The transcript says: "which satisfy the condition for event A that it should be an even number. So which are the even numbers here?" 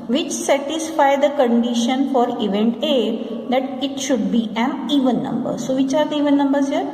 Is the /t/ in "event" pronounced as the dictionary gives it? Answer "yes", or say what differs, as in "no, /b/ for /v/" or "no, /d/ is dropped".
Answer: yes